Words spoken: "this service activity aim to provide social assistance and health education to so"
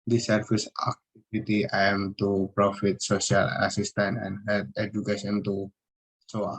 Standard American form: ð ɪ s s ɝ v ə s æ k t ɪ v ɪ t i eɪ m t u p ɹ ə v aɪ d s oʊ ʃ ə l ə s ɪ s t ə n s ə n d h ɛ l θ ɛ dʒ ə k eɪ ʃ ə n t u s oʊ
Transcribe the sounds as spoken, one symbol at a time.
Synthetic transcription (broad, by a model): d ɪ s s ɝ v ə s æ k t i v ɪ t i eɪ m t u p ɹ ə f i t s oʊ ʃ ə l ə s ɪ s t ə n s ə n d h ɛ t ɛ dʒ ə k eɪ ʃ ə n t u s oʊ